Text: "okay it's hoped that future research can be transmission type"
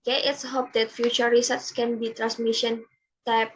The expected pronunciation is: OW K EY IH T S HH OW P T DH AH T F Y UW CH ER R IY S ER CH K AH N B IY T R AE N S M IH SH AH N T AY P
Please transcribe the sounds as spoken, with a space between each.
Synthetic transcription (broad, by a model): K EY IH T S HH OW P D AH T F Y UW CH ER R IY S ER S K AH N B IY T R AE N S M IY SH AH N T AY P